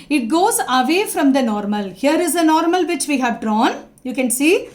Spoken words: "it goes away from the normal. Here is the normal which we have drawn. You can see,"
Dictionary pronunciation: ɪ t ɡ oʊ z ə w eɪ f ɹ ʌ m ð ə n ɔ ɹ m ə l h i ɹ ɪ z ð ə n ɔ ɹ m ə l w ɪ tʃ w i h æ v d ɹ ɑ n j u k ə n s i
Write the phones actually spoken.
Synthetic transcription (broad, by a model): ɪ t ɡ oʊ z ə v eɪ f ɹ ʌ m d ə n ɔ ɹ m ə l h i ɹ ɪ z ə n ɔ ɹ m ə l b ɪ tʃ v i h æ v d ɹ ɑ n j u k ə n s i